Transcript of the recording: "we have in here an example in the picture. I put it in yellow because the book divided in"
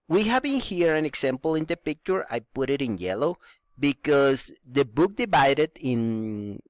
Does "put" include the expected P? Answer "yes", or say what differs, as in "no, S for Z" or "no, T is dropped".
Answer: yes